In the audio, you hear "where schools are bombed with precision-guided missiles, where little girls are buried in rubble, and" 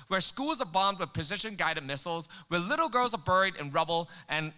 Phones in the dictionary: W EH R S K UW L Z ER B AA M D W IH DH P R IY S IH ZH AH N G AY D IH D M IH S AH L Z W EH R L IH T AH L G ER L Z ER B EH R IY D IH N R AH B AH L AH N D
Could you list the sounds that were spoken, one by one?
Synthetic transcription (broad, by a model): W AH R S K UW L Z ER B AA M D W IH DH P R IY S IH SH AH N G AY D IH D M IH S L Z W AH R L IH T L G ER L Z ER B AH R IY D IH N R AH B L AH N